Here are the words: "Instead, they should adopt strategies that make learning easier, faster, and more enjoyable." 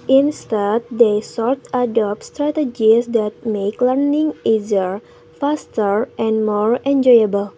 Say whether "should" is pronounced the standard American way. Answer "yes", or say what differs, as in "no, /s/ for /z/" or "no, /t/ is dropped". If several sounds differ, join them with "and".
no, /s/ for /ʃ/